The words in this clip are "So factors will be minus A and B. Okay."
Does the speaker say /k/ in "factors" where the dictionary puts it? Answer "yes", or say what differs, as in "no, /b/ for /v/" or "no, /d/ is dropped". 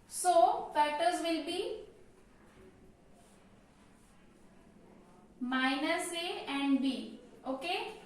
no, /k/ is dropped